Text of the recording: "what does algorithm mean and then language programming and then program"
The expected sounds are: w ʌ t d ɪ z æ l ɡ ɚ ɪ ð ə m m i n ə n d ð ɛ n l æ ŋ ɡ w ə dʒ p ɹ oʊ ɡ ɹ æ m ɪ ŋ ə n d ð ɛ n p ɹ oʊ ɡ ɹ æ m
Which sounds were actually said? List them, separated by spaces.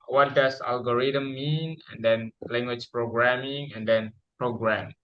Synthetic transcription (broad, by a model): w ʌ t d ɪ s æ l ɡ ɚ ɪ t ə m m i n ə n d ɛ n l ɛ ŋ ɡ w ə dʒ p ɹ oʊ ɡ ɹ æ m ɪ ŋ ə n d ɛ n p ɹ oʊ ɡ ɹ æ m